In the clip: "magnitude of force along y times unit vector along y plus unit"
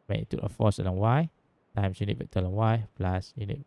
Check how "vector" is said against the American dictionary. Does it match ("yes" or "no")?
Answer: no